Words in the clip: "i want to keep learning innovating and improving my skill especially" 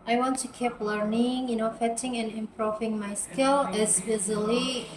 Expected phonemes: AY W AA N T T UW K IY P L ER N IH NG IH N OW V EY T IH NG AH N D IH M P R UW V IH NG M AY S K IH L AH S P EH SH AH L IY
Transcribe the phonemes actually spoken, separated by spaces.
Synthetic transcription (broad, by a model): AY W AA N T T UW K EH P L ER N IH NG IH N OW F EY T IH NG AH N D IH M P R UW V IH NG M AY S K IH L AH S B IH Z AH L IY